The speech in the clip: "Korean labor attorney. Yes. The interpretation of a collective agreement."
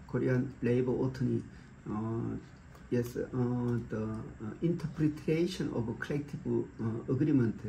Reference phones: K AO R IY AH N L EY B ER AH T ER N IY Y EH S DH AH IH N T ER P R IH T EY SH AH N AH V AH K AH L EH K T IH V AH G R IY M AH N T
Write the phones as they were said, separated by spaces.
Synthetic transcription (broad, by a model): K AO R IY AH N L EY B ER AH T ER N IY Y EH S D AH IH N T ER P R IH T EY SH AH N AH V AH K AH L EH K T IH B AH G R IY M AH N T